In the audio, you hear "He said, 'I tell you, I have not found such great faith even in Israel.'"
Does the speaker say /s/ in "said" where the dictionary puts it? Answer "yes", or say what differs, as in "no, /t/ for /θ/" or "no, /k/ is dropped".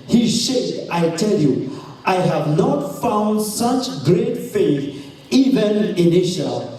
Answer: no, /ʃ/ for /s/